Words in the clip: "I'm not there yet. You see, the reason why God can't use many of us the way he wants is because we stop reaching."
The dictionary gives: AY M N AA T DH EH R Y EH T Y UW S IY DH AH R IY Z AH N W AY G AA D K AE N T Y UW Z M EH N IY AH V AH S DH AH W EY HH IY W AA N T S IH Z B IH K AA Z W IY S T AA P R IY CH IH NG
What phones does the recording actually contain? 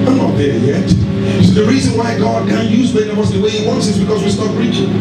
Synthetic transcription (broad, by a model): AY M N AA T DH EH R Y EH T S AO DH AH R IY Z AH N W AY G AA D K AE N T Y UW Z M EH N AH W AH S DH AH W EY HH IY W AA N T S IH Z B IH K AA Z W IY S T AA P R IY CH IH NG